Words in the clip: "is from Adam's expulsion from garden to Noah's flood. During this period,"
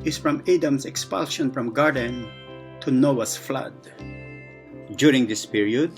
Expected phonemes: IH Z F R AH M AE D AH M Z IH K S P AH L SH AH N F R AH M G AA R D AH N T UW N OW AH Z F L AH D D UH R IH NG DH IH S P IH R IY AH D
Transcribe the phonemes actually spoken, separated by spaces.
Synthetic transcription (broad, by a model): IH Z F R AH M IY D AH M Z IH K S P AH L SH AH N F R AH M G AA R D AH N T UW N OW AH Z F L AH D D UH R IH NG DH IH S P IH R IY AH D